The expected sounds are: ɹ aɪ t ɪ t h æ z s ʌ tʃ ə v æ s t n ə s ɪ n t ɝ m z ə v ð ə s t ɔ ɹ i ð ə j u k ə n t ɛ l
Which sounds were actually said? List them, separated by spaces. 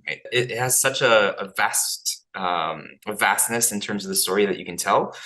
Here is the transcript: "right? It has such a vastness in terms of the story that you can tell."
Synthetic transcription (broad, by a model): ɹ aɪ t ɪ t h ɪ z s ʌ tʃ ə v æ s t n ə s ɪ n t ɝ m z ə v ð ə s t ɔ ɹ i ð ə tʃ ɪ k ə n t ɛ l